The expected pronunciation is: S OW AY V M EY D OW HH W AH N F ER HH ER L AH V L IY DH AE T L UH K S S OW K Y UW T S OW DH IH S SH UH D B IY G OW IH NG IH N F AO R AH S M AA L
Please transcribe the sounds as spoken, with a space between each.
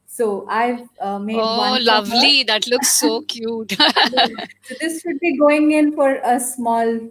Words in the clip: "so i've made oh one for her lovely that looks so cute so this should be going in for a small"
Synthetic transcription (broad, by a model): S OW AY V M EY OW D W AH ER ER L AH V L IY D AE T L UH K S S OW K Y UW T S OW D IH S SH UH D B IY G OW IH NG IH N F AO R AH S M AA L